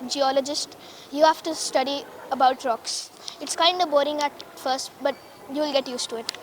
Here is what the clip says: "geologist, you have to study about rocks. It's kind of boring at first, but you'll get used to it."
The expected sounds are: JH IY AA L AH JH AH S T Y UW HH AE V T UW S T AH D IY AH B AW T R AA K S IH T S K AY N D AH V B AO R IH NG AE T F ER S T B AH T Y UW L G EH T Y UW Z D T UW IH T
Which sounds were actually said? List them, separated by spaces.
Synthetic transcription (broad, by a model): JH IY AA L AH JH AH S T Y UW HH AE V T UW S T AH D IY AH B AW T R AA K S IH T S K AY N D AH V B AO R IH NG AE T F ER S T B AH T Y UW L G EH T Y UW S T UW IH T